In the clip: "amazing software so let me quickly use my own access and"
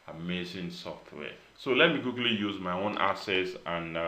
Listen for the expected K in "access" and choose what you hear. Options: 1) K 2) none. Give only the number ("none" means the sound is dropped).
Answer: 2